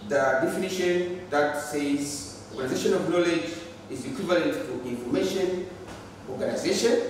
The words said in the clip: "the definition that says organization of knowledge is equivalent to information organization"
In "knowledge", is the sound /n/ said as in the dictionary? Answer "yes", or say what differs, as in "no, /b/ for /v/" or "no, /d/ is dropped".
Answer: yes